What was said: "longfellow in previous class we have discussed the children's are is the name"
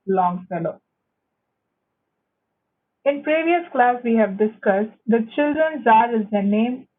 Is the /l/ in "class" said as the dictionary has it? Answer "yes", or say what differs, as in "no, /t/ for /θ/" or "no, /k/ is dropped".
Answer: yes